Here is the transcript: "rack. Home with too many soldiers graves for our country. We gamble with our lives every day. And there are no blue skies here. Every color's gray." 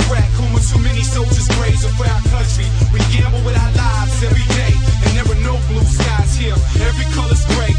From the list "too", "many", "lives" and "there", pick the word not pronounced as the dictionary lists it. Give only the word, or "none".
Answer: there